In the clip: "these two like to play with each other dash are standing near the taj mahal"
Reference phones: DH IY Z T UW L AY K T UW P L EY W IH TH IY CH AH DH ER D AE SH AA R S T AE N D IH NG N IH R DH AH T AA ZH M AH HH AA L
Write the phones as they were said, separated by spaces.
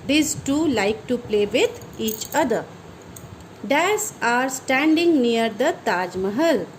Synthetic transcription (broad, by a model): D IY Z T UW L AY K T UW P L EY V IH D IY CH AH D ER D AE S AA R S T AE N D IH NG N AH R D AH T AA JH M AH HH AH L